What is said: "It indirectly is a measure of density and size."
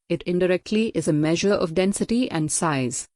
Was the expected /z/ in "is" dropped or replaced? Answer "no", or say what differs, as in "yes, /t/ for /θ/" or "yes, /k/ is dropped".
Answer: no